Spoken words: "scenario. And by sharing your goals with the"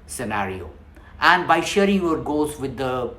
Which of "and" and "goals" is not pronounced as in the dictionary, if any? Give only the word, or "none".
goals